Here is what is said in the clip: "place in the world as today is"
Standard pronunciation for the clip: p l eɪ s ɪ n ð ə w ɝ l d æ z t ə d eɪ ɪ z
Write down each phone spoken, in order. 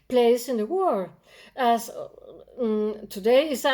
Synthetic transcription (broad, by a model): p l eɪ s ɪ n ð ə w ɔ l æ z t ə d eɪ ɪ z